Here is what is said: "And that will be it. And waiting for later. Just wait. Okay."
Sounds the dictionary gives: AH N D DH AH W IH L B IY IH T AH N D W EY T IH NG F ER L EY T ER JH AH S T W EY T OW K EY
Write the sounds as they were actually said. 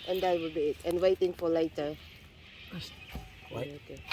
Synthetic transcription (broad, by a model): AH N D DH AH W IH L B IY IH T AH N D W EY T IH NG F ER L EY T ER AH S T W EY OW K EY